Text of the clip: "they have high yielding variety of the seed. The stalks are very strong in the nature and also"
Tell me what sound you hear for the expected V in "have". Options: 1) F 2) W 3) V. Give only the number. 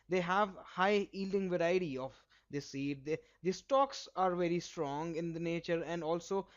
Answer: 3